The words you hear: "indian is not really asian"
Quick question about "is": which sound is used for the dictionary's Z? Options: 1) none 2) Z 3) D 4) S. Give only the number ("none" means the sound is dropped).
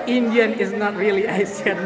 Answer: 2